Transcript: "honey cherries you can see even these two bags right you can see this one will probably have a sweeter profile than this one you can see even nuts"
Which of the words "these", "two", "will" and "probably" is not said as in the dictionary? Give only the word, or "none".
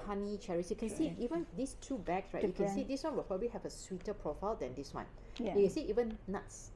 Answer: these